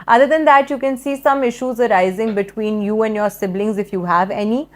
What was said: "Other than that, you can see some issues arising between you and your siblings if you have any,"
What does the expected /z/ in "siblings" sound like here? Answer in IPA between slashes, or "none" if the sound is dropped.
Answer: /z/